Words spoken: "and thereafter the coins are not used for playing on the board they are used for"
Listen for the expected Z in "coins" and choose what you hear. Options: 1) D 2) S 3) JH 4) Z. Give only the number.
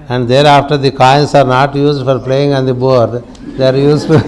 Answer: 2